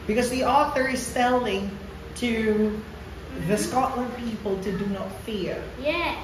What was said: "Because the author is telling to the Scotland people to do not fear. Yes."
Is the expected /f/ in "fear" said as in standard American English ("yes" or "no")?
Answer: yes